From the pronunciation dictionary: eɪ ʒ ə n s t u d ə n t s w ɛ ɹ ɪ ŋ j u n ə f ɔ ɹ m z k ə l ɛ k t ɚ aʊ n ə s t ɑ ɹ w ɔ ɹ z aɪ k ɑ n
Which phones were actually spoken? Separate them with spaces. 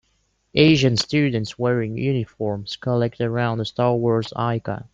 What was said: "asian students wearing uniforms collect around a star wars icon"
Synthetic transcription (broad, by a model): eɪ ʒ ə n s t u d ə n t s w ɛ ɹ ɪ ŋ j u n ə f ɔ ɹ m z k ə l ɛ k t ɚ aʊ n ə s t ɑ ɹ w ɔ ɹ z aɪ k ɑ